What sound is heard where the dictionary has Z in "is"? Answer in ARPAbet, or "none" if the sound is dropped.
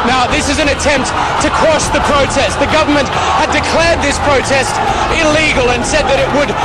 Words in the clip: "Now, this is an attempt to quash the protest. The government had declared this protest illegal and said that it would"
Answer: Z